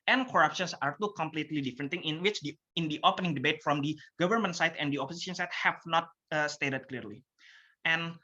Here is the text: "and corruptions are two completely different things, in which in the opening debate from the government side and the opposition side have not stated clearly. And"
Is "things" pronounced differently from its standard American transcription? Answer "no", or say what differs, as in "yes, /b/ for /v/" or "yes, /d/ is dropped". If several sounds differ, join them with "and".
yes, /z/ is dropped